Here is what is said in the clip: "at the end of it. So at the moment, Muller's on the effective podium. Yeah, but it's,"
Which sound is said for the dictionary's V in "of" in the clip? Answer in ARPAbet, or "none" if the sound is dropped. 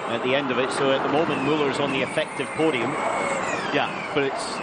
V